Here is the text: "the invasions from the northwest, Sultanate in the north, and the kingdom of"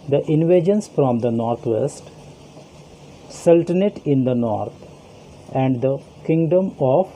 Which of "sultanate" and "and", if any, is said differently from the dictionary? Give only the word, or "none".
none